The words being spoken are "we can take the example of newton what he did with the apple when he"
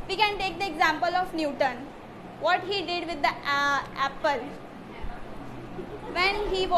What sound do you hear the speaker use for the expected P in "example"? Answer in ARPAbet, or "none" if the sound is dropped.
P